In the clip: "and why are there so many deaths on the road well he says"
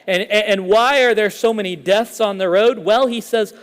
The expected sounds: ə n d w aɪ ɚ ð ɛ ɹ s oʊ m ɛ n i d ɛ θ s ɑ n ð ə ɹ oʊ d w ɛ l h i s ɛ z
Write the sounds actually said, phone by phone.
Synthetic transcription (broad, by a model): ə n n w aɪ ɚ ð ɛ ɹ s oʊ m ɛ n i d ɛ θ s n ð ə ɹ oʊ d w ɛ l h i s ɛ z